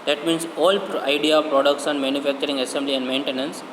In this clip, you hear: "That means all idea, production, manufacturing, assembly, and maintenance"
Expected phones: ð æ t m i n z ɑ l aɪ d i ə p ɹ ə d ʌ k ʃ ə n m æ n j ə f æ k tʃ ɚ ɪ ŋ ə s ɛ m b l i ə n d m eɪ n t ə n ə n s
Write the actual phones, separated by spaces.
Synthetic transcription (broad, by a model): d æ t m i n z ɑ l aɪ d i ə p ɹ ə d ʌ k s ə n m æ n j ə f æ k tʃ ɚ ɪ ŋ ə s ɛ m b l i ə n d m eɪ n t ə n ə n s